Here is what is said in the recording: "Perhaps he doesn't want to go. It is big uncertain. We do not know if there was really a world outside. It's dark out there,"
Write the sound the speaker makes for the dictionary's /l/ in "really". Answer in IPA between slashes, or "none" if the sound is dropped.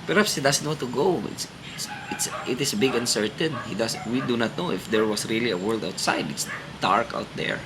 /l/